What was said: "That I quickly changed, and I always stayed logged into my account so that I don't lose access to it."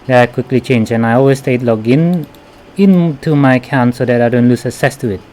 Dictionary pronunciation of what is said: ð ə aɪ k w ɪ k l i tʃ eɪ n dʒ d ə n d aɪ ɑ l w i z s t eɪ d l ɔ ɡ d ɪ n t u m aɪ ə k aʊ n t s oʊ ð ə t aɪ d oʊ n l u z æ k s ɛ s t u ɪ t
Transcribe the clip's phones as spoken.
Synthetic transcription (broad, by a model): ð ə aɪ k w ɪ k l i tʃ eɪ n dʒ ə n aɪ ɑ l w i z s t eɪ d l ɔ ɡ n ɪ n t u m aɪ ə k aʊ n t s oʊ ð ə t aɪ d oʊ n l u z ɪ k s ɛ s t u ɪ t